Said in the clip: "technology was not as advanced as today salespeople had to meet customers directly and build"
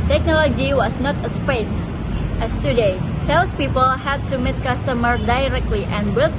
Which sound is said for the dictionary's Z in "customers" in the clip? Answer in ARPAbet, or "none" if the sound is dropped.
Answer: none